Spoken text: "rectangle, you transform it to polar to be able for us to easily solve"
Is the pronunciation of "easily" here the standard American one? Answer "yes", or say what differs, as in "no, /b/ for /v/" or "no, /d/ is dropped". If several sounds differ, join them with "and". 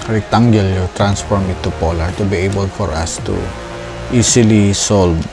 no, /s/ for /z/